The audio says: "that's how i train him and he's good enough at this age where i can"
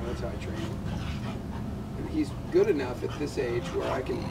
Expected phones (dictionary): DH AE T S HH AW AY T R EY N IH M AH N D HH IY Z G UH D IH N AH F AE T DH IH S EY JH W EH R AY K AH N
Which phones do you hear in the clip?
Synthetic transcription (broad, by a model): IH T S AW AY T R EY IH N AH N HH IY Z G UH D IH N AH F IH T DH IH S EY JH W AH R AY K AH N